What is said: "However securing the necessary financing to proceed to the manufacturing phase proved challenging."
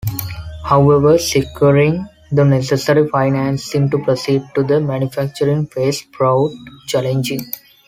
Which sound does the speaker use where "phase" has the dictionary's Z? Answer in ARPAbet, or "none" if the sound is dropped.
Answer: S